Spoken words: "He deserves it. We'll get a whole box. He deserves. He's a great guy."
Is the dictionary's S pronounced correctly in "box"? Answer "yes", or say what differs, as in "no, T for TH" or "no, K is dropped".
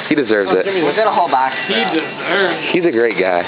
no, S is dropped